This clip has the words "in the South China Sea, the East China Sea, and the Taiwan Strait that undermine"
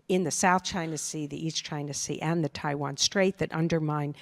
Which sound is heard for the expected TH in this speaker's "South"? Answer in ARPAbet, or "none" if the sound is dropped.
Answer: TH